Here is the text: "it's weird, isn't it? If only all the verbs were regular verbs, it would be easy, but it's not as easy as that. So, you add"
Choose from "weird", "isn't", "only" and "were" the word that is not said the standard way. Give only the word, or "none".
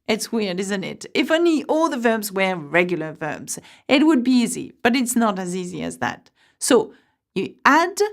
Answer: none